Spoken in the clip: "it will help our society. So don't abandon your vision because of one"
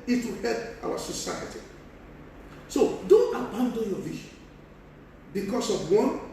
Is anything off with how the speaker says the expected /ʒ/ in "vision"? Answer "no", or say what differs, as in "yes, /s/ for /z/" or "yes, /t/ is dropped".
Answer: yes, /ʃ/ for /ʒ/